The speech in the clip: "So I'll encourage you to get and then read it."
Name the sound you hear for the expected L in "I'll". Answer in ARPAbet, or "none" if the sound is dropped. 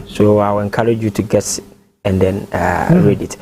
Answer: W